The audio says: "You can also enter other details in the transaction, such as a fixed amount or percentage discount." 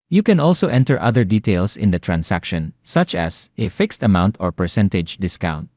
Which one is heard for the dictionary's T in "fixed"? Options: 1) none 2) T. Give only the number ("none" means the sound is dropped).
2